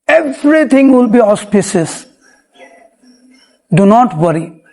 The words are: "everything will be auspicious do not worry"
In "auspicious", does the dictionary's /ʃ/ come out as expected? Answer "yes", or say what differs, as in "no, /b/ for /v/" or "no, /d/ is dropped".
no, /s/ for /ʃ/